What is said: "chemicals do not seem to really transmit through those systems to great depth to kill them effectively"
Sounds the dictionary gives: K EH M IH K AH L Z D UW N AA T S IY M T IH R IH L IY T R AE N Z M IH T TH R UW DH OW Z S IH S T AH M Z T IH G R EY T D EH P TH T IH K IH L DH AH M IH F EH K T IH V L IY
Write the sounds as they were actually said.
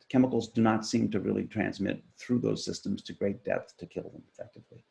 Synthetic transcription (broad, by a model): K EH M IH K L Z D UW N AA T S IY M T IH R IH L IY T R AE N Z M IH T TH R UW DH OW Z S IH S T AH M Z T IH G R EY T D EH P TH T IH K IH L DH AH M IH F EH K T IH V L IY